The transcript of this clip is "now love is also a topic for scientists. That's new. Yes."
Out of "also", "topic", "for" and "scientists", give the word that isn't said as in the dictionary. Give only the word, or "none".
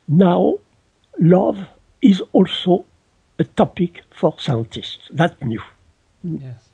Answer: none